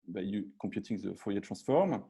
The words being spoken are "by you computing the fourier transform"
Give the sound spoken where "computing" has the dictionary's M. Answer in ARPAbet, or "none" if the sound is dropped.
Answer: none